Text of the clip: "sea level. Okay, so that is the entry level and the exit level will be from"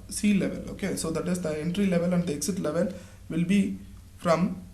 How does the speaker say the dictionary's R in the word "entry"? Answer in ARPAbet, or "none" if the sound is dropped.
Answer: R